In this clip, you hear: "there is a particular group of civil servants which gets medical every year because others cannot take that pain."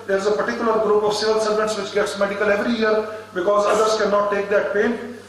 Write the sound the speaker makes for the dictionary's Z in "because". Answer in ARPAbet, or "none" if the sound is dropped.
Z